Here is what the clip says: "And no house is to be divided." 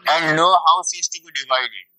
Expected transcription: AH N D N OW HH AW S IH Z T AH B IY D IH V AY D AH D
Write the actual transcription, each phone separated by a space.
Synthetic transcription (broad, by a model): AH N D N OW HH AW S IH S T AH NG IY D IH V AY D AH